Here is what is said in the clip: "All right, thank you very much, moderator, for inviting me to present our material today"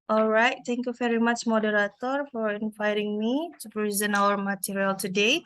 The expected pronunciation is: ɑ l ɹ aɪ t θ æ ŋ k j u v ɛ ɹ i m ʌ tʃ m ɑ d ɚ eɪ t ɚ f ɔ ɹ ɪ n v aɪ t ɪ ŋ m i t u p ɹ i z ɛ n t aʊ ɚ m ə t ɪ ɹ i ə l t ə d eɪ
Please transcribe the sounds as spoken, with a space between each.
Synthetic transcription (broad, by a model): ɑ l ɹ aɪ t t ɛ ŋ k j u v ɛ ɹ i m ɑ tʃ m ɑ d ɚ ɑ t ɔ f ɔ ɹ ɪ n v aɪ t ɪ ŋ m i t u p ɹ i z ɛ n aʊ ɚ m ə t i ɹ i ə l t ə d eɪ